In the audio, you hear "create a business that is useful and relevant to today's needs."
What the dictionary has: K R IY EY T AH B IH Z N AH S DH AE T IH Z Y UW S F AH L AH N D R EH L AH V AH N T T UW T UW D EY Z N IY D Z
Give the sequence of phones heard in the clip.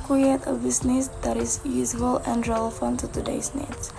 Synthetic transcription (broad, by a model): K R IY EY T AH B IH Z N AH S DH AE T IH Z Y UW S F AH L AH N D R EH L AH F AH N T T UW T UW D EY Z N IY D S